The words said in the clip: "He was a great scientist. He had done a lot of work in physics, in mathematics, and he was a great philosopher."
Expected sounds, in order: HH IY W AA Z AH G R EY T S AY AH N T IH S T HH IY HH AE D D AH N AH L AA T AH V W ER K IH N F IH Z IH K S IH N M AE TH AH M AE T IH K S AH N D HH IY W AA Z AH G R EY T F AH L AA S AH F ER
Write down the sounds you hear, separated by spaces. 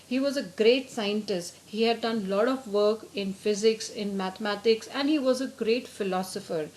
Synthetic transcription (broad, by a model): HH IY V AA Z AH G R EY T S AY AH N T IH S T HH IY HH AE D D AH N L AA T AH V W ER K IH N F IH Z IH K S IH N M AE T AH M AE T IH K S AH N D HH IY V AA Z AH G R EY T F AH L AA S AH F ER